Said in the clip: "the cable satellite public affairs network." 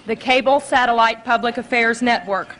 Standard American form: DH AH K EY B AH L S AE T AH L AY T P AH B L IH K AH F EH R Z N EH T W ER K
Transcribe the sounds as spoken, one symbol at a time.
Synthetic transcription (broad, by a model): DH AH K EY B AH L S AE T AH L AY T P AH B L IH K AH F EH R Z N EH T W ER K